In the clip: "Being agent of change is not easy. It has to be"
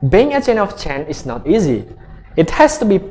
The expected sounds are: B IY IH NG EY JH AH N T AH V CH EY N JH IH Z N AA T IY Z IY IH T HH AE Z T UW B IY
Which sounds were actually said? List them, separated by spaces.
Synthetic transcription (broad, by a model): B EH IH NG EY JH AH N AH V CH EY N IH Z N AA T IY Z IY IH T HH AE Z T UW B IY